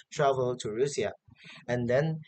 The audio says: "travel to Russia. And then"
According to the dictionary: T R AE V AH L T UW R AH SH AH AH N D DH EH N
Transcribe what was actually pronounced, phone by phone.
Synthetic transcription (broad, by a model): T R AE V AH L T UW R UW S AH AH N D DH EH N